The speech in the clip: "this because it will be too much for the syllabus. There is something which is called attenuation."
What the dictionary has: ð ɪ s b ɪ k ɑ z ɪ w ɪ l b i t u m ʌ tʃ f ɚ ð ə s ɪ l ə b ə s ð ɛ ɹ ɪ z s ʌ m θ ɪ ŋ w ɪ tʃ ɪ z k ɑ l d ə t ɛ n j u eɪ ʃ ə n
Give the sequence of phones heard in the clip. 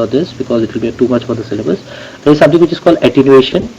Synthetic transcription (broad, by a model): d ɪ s b ɪ k ɑ z ɪ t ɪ l b i t u m ʌ tʃ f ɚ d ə s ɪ l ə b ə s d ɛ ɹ ɪ z s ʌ m t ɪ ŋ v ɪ tʃ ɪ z k ɑ l d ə t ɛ n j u eɪ ʃ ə n